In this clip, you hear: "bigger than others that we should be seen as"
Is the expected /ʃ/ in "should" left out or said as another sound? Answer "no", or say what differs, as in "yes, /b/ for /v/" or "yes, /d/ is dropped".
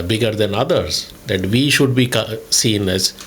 no